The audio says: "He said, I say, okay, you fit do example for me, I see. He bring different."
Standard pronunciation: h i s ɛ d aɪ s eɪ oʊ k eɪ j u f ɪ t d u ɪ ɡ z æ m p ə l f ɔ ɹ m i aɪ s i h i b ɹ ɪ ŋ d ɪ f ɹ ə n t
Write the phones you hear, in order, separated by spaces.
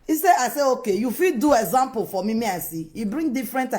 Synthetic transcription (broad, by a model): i s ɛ aɪ s eɪ oʊ k eɪ j u f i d d u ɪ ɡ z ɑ m p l f ɔ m m i aɪ s i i b ɹ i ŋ d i f ɹ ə n t